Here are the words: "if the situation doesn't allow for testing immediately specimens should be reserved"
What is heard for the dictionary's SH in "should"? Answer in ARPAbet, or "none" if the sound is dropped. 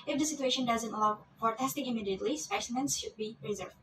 SH